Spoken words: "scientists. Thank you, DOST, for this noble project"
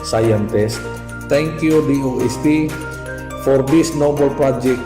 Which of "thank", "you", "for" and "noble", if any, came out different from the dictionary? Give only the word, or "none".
thank